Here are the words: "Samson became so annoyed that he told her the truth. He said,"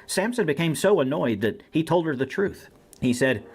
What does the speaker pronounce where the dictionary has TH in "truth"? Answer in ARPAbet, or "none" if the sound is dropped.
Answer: TH